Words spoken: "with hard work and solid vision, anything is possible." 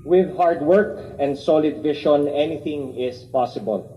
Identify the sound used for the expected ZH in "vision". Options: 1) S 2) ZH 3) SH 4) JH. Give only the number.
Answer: 3